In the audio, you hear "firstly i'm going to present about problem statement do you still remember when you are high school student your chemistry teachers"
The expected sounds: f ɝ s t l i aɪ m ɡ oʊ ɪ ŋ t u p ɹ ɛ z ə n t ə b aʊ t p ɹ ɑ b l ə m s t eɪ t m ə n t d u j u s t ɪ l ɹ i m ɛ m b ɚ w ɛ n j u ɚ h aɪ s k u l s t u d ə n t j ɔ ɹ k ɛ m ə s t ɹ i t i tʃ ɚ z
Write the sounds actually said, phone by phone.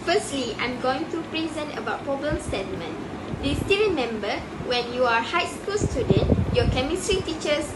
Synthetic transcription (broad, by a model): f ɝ s t l i aɪ m ɡ oʊ ɪ ŋ t u p ɹ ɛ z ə n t ə b aʊ t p ɑ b ə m s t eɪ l m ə n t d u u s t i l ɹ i m ɛ m b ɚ w ɛ n j u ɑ h aɪ s k u l s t u d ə n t j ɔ k ɛ m ə s t ɹ i t i tʃ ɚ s